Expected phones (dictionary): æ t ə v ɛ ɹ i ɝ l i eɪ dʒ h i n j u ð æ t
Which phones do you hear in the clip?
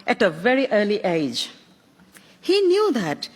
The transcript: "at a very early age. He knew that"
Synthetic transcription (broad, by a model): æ t ə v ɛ ɹ i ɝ l i eɪ dʒ h i n j u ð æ t